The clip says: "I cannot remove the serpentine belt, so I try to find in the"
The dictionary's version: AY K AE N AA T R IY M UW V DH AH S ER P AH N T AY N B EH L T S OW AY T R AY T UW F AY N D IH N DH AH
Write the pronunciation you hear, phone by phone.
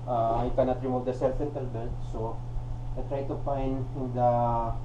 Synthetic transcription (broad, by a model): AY K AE N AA T R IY M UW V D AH S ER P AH N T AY L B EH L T S OW AY T R AY T UW F AY N D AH